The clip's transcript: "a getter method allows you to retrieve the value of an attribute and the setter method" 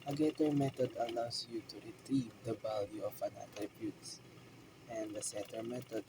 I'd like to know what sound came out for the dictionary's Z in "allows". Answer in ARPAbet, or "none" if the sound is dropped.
S